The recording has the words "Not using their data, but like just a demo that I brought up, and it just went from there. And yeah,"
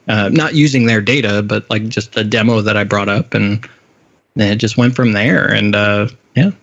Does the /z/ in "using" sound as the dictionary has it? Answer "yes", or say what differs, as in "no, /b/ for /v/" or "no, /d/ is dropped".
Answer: yes